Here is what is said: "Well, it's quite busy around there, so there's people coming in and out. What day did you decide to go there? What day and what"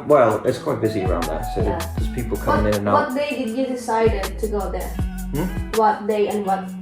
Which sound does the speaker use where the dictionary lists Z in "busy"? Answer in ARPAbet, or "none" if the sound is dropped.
Z